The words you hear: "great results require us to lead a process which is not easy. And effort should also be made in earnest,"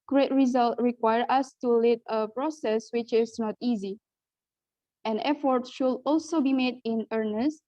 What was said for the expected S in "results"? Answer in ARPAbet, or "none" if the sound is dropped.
none